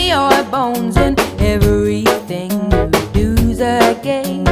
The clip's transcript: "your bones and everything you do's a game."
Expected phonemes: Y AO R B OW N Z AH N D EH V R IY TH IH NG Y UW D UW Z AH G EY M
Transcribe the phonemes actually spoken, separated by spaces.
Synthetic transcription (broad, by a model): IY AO B OW N Z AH N EH V R IY TH IH NG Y D UW Z AH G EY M